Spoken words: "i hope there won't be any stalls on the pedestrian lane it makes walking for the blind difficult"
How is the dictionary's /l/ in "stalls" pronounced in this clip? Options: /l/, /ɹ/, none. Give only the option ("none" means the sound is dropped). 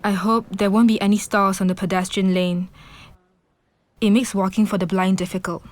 none